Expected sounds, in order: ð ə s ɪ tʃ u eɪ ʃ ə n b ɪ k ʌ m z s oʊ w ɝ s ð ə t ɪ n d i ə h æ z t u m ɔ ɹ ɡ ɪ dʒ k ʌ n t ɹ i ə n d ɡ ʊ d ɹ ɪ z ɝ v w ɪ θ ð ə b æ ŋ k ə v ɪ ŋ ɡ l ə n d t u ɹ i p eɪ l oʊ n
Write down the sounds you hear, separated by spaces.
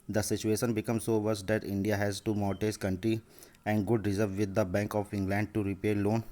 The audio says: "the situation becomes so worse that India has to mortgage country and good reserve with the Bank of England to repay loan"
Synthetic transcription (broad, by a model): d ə s ɪ tʃ u eɪ ʃ ə n b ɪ k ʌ m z s oʊ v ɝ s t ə t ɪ n d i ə h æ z t u m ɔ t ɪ z k ʌ n t ɹ i ə n d ɡ ʊ d ɹ ɪ z ɝ v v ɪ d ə b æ ŋ k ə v ɪ ŋ ɡ l ə n d t u ɹ i p eɪ l oʊ n